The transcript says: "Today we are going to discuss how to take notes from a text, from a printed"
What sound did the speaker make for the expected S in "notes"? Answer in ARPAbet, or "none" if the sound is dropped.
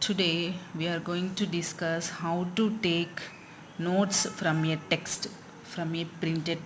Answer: S